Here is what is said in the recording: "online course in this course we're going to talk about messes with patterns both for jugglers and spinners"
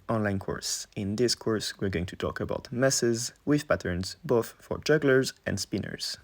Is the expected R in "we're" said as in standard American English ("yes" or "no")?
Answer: yes